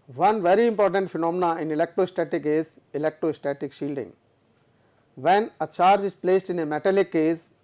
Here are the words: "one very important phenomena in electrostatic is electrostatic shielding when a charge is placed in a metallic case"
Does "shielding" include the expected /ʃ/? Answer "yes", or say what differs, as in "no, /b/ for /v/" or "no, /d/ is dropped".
yes